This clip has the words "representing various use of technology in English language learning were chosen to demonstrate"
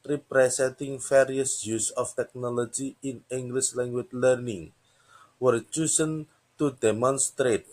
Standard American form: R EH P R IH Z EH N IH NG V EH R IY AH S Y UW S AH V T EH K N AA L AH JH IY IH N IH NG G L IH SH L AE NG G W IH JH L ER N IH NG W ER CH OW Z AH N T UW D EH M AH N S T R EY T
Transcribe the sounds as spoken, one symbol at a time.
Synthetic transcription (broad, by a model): R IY P R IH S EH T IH NG F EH R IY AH S Y UW S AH F T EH K N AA L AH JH IY IH N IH NG G L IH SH L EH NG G W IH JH L ER N IH NG W ER CH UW S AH N T UW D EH M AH N S T R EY T